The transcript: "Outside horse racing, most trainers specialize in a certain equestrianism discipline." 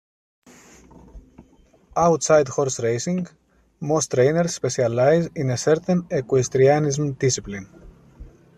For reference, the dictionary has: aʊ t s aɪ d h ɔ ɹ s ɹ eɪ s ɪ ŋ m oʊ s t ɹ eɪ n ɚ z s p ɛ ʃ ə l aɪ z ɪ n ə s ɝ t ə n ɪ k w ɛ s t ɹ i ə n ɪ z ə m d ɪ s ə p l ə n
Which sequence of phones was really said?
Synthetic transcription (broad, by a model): aʊ t s aɪ d h ɔ ɹ s ɹ eɪ s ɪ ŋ m oʊ s t ɹ eɪ n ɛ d s p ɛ s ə l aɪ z ɪ n ə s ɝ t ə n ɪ k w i s t ɹ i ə n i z m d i s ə p l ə n